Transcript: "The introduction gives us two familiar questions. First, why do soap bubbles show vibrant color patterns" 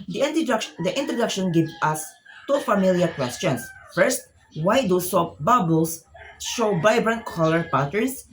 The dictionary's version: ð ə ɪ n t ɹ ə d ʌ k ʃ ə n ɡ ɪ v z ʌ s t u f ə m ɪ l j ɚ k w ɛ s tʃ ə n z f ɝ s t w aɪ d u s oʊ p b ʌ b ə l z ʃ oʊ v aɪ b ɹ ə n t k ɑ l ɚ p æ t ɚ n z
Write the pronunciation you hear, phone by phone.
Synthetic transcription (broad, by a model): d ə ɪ n t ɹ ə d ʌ k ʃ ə n ɡ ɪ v ʌ s t u f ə m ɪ l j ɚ k w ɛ s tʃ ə n s f ɝ s t w aɪ d u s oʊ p b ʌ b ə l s ʃ oʊ v aɪ b ɹ ə n t k ɑ l ɚ p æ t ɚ n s